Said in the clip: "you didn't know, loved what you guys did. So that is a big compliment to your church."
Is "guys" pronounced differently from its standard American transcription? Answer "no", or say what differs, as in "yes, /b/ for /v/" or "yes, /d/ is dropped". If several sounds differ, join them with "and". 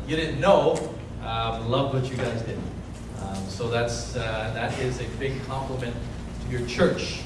no